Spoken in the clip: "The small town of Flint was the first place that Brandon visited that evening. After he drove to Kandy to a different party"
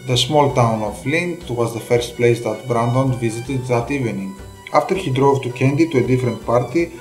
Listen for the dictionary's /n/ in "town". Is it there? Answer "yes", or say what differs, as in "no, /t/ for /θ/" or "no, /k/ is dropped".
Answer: yes